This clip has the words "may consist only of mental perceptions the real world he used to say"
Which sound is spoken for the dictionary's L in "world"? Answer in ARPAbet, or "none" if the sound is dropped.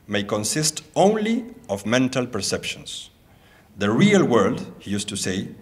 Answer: L